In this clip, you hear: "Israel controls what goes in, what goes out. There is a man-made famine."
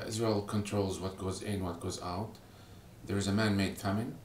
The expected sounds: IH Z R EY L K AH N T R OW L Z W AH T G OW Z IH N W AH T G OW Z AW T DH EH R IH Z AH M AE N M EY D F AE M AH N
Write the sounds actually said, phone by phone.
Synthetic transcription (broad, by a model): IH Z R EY L K AH N T R OW L Z W AH T G OW Z IH N W AH T G OW Z AW T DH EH R IH Z AH M AE N M EY D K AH M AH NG